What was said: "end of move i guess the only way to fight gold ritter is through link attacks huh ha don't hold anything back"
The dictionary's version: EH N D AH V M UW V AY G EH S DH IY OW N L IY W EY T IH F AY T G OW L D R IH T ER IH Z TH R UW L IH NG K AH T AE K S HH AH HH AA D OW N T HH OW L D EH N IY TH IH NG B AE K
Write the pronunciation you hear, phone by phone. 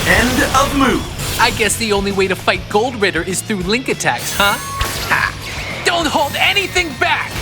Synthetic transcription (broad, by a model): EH N D AH V M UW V AY G EH S DH IY OW N L IY W EY T IH F AY T G OW L D R IH T ER IH Z TH R UW L IH NG K AH T AE K S HH AH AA D OW N T HH OW L D EH N IY TH IH NG B AE K